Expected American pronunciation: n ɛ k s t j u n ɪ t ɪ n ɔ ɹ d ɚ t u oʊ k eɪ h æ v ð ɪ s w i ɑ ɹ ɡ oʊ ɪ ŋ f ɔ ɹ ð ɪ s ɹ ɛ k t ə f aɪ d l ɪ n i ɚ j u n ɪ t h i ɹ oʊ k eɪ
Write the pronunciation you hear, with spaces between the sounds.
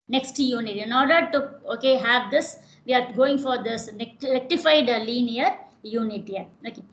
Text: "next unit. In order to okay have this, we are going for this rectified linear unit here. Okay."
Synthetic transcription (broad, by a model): n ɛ k s t j u n ɪ t ɪ n ɔ ɹ d ɚ t u oʊ k eɪ h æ v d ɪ s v i ɑ ɹ ɡ oʊ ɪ ŋ f ɔ ɹ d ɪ s l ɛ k t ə f aɪ d l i n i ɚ j u n ɪ t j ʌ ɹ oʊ k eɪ